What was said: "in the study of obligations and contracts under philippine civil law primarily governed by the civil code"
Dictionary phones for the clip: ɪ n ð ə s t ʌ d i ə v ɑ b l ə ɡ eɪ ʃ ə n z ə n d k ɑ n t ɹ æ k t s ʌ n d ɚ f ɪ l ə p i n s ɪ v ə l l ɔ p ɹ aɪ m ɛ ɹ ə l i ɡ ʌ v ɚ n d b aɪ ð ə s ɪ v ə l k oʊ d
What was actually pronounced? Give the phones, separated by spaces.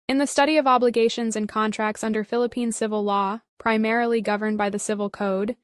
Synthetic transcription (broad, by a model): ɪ n ð ə s t ʌ d i ə v ɑ b l ə ɡ eɪ ʃ ə n z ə n k ɑ n t ɹ æ k t s ʌ n d ɚ f ɪ l ə p i n s ɪ v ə l l ɔ p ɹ aɪ m ɛ ɹ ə l i ɡ ʌ v ɚ n b aɪ ð ə s ɪ v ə l k oʊ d